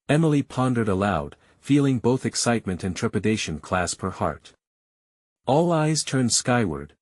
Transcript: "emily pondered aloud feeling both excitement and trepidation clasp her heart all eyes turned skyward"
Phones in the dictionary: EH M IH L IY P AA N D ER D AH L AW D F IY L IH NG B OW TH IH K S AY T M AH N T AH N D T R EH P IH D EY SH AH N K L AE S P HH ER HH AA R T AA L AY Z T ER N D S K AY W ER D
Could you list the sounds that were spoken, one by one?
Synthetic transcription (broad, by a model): EH M L IY P AA N D ER D AH L AW D F IY L IH NG B OW TH IH K S AY T M AH N T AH N T R EH P IH D EY SH AH N K L AE S P HH ER HH AA R T AA L AY Z T ER N D S K AY W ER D